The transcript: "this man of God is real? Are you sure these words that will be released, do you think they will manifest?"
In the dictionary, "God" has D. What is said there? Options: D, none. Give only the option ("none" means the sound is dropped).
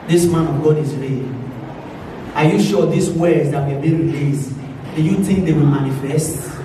D